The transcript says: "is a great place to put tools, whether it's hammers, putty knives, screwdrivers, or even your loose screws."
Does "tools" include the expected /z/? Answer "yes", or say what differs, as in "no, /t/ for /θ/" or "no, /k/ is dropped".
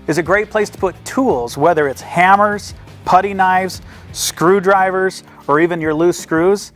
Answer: yes